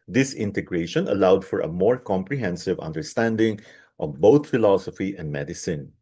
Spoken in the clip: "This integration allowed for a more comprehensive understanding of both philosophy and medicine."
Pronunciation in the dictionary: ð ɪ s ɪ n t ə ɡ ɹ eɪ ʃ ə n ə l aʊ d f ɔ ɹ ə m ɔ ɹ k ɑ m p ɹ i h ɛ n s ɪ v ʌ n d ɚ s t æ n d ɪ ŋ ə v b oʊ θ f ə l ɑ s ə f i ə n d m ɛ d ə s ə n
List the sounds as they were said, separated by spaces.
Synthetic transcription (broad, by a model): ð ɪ s ɪ n t ə ɡ ɹ eɪ ʃ ə n ə l aʊ d f ɔ ɹ ə m ɔ ɹ k ɑ m p ɹ i h ɛ n s ɪ v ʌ n d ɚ s t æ n d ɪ ŋ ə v b oʊ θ f ə l ɑ s ə f i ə n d m ɛ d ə s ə n